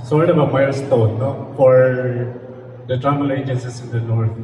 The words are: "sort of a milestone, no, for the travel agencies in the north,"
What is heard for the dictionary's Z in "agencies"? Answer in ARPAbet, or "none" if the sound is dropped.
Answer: S